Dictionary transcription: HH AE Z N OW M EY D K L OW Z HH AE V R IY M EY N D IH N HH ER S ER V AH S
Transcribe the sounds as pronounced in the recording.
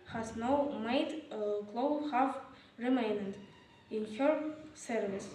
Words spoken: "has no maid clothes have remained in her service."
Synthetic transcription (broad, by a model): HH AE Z N OW M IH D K L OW HH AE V R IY M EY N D IH N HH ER S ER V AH S